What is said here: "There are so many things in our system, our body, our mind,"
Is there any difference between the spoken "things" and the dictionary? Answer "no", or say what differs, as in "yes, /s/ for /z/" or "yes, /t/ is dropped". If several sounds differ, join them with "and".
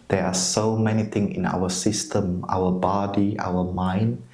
yes, /t/ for /θ/ and /z/ is dropped